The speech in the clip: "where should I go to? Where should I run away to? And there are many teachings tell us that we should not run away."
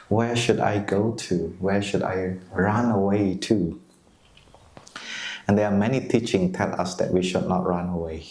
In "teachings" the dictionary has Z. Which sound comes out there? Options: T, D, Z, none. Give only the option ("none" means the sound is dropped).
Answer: none